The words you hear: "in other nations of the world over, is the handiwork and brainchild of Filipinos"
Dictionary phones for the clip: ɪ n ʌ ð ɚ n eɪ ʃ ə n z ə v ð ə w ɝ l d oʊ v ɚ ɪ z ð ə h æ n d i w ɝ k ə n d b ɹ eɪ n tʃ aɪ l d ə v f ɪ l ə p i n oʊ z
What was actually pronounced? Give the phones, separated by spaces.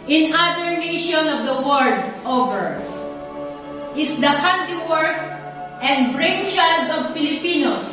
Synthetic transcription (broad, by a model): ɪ n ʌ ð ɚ n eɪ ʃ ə n ə v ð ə w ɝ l d oʊ v ɚ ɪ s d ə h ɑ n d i w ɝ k ə n d b ɹ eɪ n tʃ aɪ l d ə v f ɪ l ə p i n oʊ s